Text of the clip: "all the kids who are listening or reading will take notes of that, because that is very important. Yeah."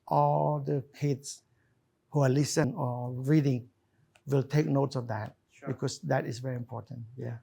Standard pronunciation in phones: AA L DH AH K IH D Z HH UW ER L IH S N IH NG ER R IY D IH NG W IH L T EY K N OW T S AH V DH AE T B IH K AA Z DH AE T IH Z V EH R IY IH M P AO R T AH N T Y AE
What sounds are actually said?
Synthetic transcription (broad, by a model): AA L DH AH K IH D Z HH UW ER L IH S IH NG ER R IY D IH NG W IH L T EY K N OW T S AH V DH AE T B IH K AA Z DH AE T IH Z V EH R IY IH M P AO R T AH N T Y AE